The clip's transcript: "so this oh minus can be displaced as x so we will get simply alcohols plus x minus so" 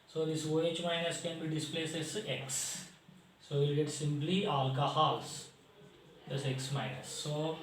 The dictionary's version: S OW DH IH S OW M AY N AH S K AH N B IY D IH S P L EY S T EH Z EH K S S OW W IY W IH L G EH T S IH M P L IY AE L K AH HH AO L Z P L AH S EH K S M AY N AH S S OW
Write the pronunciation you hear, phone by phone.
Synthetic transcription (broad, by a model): S OW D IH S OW M AY N AH S K AH N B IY D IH S P L EY S EH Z EH K S S OW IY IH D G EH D S IH M P L IY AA L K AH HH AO L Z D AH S EH K S M AY N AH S S OW